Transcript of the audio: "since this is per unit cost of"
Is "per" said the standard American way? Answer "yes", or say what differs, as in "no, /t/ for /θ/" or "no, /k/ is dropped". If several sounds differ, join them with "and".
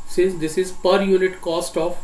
yes